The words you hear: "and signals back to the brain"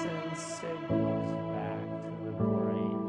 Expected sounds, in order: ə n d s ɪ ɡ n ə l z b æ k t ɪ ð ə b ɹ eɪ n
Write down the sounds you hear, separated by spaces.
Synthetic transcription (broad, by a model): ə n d s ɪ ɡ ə z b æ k t ɪ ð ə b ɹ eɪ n